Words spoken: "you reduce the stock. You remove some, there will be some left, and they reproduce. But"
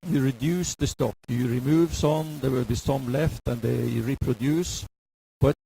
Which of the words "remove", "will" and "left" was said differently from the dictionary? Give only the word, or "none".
none